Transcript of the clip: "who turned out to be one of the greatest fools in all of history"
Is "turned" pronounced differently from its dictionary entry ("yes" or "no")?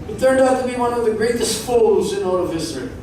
yes